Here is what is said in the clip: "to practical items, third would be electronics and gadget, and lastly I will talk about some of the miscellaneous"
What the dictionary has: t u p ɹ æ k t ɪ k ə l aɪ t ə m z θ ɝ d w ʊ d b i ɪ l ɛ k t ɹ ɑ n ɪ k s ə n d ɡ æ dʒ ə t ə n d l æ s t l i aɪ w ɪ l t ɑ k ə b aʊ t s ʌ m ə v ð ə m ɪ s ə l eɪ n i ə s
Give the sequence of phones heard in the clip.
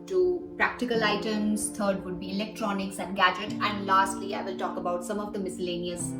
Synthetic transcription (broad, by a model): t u p ɹ æ k t ɪ k ə l aɪ t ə m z t ɝ d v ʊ d b i ɪ l ɛ k t ɹ ɑ n ɪ k s ə n d ɡ æ dʒ ə t ə n d l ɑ s t l i aɪ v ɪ l t ɑ k ə b aʊ t s ʌ m ə v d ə m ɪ s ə l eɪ n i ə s